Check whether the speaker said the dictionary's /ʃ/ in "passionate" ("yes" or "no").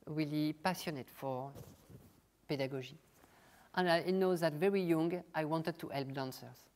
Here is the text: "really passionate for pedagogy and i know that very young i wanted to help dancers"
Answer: no